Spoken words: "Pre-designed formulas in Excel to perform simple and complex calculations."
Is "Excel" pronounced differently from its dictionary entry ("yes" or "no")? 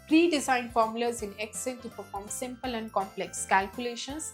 yes